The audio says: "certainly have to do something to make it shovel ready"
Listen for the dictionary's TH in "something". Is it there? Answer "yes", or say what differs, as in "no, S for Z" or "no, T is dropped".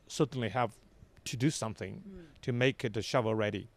yes